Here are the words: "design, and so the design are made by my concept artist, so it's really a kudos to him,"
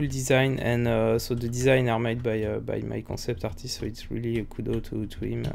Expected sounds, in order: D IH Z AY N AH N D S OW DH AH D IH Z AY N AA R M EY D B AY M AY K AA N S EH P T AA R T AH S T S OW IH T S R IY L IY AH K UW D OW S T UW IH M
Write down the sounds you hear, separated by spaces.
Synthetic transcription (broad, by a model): D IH Z AY N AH N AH S OW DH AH D IH Z AY N AA R M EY D B AY M AY K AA S EH P T AA R T AH S T S OW IH T S R IY L IY AH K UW D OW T T UW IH M